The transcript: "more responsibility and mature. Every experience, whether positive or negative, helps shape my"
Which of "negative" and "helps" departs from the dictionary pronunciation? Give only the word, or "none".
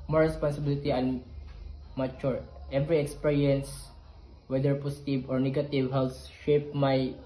helps